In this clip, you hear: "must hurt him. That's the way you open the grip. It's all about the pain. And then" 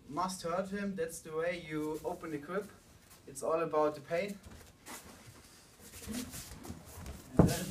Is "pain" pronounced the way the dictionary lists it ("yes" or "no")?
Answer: no